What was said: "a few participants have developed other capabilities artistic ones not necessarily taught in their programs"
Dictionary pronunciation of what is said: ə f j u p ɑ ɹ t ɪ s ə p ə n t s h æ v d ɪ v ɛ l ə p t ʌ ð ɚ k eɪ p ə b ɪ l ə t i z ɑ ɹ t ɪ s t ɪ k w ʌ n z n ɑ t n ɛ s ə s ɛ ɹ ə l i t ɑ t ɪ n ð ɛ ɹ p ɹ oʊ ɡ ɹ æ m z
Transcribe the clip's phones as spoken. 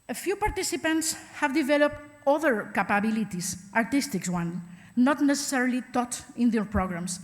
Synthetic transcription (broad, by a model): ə f j u p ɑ ɹ t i s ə p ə n t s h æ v d ɪ v ɛ l ə p t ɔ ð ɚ k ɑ p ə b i l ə t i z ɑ ɹ t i s t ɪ k w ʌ n n ɑ t n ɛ s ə s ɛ ɹ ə l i t ɑ t ɪ n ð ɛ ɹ p ɹ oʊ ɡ ɹ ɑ m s